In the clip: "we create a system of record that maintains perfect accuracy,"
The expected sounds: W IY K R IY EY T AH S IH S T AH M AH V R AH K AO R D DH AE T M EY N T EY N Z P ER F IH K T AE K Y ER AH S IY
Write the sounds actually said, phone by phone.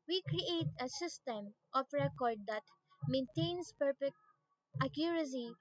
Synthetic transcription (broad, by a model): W IY K R IY EY T AH S IH S T AH M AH P R AH K AO R D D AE T M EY N T EY N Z P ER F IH K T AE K Y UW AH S IY